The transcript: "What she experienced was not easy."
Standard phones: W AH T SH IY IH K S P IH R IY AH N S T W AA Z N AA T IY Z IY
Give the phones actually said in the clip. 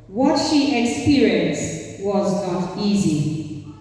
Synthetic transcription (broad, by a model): W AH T SH IY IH K S P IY R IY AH N S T W AA Z N AA T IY Z IY